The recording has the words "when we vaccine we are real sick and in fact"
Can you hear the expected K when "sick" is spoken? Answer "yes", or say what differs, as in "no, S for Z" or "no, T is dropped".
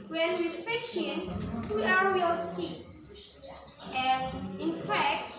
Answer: no, K is dropped